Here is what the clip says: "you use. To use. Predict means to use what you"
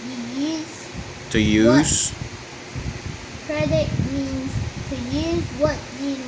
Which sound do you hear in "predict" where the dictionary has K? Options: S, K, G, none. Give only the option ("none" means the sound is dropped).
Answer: none